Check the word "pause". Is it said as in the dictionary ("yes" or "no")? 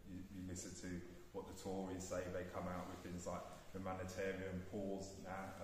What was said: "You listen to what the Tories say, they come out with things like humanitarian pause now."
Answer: yes